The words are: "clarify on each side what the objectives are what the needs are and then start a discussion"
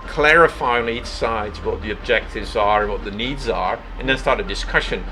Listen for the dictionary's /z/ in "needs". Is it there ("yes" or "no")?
yes